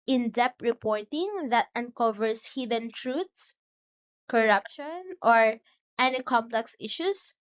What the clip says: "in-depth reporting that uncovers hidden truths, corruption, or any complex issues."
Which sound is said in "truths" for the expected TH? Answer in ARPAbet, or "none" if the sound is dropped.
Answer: T